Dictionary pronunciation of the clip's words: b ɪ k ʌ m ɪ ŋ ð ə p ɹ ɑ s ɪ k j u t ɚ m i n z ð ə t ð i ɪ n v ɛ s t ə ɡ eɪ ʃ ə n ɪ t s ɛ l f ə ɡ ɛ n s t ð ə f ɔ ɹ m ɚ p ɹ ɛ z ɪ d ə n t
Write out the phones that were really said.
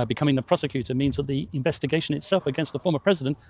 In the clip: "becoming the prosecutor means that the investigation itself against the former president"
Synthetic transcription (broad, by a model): b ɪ k ʌ m ɪ ŋ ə p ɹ ɑ s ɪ k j u t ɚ m i n z ð ə t ð i ɪ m v ɛ s t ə ɡ eɪ ʃ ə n ɪ t s ɛ l f ə ɡ ɛ n s t ð ə f ɔ ɹ m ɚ p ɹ ɛ z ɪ d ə n t